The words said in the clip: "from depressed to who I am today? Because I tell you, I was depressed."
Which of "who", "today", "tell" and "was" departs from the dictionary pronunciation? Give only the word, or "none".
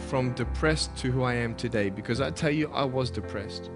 none